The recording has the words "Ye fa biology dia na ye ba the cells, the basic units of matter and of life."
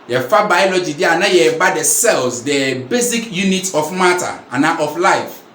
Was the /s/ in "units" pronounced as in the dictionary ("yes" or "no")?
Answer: no